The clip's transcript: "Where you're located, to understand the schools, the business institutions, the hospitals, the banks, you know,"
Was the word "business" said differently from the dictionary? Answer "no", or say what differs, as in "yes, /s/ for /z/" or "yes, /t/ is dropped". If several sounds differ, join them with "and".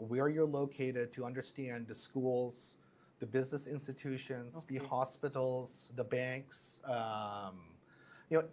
no